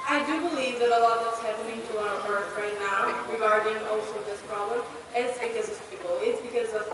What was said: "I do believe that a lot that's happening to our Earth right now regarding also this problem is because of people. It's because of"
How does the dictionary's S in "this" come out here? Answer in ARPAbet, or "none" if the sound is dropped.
S